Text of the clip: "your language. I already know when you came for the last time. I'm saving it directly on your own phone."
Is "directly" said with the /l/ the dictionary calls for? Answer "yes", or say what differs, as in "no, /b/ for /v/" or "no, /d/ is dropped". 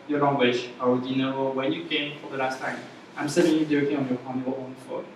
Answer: no, /l/ is dropped